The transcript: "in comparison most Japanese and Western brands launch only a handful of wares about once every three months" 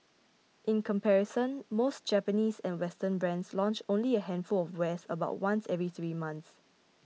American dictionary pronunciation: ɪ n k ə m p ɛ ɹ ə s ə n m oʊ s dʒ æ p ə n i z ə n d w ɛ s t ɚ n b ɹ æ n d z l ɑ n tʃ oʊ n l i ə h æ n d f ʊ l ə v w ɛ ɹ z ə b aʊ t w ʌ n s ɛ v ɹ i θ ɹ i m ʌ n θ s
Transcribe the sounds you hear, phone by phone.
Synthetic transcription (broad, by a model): ɪ n k ə m p ɛ ɹ ə s ə n m oʊ s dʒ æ p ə n i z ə n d w ɛ s t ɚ n b ɹ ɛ n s l ɑ n tʃ oʊ n l i ə h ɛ n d f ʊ l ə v w ɛ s ə b aʊ t w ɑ n s ɛ v ɹ i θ ɹ i m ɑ n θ s